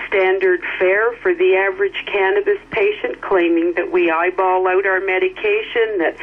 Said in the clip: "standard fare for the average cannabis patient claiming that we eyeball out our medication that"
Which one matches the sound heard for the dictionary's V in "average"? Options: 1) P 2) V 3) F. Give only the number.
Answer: 2